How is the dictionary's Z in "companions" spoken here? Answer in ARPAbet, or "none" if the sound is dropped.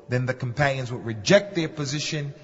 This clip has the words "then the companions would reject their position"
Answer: Z